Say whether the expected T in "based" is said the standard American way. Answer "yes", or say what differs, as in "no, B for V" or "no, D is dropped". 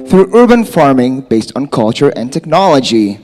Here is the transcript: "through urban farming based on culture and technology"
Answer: yes